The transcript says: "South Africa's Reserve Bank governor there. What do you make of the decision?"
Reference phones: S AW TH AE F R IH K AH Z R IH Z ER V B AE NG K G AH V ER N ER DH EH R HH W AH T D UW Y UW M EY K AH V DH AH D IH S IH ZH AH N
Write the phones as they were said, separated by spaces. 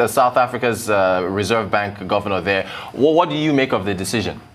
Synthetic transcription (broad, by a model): S AW TH AE F R IH K AH Z R IH Z ER V B AE NG K G AH V ER N ER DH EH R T W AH T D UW Y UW M EY K AH V DH AH D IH S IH ZH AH N